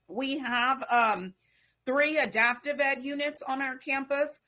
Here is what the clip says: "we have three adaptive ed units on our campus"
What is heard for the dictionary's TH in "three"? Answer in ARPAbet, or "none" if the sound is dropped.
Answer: TH